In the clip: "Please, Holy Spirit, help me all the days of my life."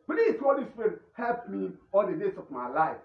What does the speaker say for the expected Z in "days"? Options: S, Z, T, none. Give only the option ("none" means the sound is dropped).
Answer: S